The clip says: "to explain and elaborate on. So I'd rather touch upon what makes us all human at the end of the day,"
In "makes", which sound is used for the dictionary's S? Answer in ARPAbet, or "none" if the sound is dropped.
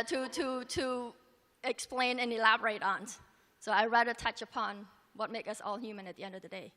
none